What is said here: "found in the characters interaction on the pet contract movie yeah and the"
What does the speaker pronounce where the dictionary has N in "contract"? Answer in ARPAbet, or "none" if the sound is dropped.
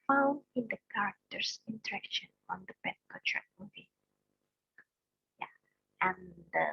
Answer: none